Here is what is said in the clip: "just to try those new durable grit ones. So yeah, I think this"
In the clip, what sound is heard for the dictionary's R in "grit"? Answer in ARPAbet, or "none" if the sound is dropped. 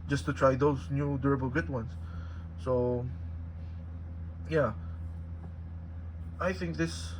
none